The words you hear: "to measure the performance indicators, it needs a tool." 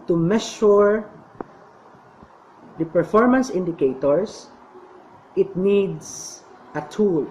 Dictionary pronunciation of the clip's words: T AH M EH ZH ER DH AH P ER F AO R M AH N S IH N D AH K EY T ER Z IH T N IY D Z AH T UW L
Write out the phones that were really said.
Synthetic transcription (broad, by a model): T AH M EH SH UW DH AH P ER F AO R M AH N S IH N D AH K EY T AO S IH T N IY D S AH T UW L